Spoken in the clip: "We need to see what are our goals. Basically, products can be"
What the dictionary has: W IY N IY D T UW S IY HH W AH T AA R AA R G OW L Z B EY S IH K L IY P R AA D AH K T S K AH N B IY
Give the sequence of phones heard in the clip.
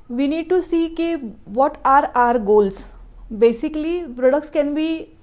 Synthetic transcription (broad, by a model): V IY N IY D T UW S IY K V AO T AA R AA R G OW L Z B EY S IH K L IY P R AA D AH K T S K AH N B IY